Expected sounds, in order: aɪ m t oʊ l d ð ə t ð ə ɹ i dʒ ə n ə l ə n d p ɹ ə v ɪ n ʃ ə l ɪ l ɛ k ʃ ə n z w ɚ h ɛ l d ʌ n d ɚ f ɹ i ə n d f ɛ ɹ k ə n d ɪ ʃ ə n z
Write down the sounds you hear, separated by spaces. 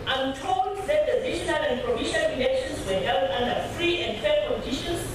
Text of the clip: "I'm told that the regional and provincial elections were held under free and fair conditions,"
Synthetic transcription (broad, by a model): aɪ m t oʊ l d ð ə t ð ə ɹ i ʃ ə n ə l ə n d p ɹ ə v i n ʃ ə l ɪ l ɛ k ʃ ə n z w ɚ h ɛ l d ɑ n d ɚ f ɹ i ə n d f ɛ k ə n d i ʃ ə n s